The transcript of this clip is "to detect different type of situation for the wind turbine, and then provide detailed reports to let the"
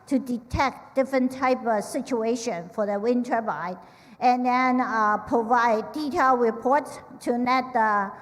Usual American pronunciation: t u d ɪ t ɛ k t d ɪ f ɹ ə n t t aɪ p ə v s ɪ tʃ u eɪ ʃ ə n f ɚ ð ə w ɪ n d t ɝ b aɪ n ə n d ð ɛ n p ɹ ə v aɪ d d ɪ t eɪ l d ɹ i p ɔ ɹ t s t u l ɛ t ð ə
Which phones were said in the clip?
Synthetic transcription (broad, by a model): t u d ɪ t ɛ k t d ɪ f ɹ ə n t t aɪ p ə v s ɪ tʃ u eɪ ʃ ə n f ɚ ð ə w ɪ n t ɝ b aɪ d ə n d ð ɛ n p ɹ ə v aɪ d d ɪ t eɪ l ɹ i p ɔ ɹ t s t u n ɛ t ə